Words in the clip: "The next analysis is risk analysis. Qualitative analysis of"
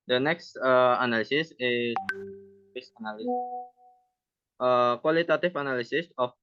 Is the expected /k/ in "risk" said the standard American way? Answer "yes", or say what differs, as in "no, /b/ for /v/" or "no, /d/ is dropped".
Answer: no, /k/ is dropped